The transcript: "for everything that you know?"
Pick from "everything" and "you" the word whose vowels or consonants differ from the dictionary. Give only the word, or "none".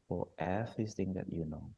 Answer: everything